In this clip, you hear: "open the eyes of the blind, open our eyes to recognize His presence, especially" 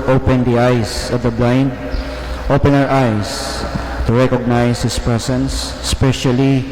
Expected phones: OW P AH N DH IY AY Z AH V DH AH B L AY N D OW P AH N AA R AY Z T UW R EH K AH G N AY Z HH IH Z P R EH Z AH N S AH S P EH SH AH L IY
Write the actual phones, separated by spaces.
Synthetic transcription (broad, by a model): OW P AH N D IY AY S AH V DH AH B L AY N D OW P AH N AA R AY S T UW R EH K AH G N AY S HH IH S P R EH S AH N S S P EH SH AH L IY